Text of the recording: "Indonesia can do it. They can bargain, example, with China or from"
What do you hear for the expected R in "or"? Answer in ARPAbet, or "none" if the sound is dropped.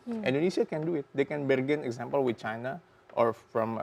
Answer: R